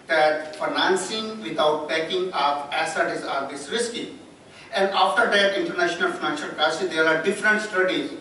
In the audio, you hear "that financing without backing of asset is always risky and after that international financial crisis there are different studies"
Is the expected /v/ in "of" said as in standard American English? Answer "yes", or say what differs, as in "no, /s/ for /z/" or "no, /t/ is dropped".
no, /p/ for /v/